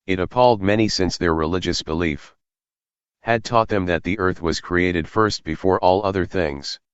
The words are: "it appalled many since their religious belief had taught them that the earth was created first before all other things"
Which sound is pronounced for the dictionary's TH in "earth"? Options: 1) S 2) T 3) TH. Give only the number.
3